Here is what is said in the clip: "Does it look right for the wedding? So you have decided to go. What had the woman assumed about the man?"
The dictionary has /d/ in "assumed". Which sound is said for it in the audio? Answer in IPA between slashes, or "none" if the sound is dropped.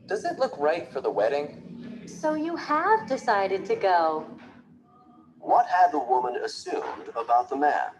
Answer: /d/